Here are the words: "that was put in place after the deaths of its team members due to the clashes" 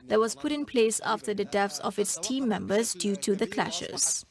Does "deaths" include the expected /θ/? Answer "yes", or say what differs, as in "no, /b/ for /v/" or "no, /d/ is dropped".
no, /f/ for /θ/